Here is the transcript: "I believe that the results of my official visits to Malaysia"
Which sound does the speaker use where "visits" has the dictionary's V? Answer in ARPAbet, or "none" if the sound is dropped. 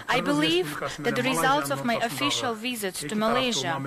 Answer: V